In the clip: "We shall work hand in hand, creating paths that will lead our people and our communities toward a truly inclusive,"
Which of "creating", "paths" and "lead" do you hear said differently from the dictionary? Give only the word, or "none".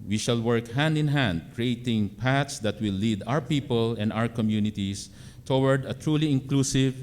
paths